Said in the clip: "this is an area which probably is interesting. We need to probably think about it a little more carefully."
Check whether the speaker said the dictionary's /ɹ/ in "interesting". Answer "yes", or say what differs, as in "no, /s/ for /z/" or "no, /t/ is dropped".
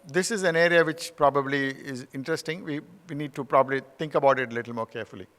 yes